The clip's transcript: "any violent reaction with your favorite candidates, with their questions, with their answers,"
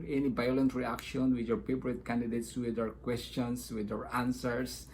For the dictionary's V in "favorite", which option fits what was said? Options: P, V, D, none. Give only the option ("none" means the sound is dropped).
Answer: P